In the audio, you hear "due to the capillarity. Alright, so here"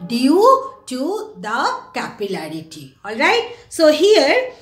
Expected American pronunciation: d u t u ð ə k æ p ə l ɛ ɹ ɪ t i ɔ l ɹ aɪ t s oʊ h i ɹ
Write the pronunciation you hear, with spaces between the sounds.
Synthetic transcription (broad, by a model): d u t u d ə k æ p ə l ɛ ɹ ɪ t i ɔ l ɹ aɪ t s oʊ h i ɹ